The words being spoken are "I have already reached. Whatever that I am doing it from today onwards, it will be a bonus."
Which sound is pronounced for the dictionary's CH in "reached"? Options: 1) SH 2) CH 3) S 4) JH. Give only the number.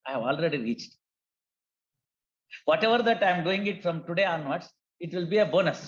2